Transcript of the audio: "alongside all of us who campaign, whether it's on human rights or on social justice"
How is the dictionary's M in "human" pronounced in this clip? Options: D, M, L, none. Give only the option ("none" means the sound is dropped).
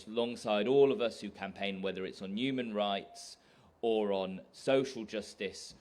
M